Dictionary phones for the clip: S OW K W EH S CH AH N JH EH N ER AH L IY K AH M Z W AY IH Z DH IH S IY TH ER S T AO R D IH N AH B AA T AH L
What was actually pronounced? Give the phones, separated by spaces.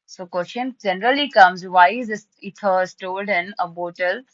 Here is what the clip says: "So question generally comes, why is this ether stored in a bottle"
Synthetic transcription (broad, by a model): S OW K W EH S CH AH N JH EH N ER AH L IY K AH M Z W AY IH Z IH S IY T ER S T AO L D IH N AH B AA T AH L